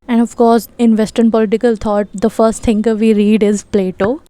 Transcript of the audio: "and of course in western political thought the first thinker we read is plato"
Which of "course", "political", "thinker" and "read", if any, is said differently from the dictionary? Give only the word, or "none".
thinker